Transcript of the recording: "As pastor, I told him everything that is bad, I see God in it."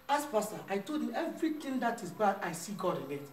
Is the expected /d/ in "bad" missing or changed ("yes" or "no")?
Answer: yes